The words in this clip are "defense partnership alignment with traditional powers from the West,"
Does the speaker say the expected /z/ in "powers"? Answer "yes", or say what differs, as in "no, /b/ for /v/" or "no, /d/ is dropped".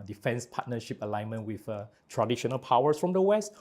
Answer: no, /s/ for /z/